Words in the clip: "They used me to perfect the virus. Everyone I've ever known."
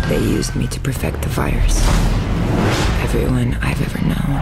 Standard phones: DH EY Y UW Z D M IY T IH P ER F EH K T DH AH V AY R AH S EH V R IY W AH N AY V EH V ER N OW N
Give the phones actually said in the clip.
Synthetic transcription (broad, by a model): DH EY Y UW Z D M IY T IH P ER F EH K T DH AH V AY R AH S EH V R IY W AH N AY V EH V ER N OW N